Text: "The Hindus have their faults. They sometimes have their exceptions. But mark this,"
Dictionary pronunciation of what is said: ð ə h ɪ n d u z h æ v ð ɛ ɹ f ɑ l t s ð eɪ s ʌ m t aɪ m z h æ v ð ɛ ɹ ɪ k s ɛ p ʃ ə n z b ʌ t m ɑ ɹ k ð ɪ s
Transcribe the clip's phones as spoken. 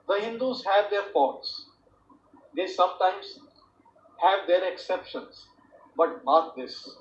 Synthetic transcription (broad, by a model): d ə h ɪ n d u z h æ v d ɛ ɹ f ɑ t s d eɪ s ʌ m t aɪ m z h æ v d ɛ ɹ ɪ k s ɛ p ʃ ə n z b ʌ t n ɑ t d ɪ s